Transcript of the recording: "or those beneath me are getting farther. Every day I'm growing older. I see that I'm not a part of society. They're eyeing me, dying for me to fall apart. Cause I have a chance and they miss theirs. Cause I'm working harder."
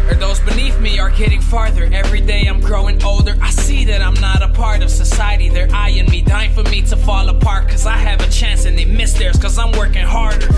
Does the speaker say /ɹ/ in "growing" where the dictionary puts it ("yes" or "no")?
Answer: yes